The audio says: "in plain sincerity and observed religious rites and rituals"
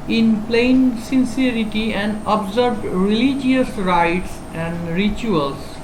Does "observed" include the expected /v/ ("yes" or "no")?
no